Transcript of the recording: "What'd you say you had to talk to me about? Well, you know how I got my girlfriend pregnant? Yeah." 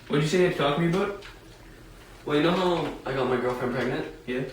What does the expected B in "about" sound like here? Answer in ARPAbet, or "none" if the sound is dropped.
none